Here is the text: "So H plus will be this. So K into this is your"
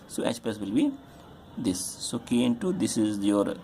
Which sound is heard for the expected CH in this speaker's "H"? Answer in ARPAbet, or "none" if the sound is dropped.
S